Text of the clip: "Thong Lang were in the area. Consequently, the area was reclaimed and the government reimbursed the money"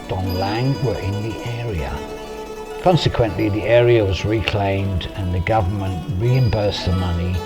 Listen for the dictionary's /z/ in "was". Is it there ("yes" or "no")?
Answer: yes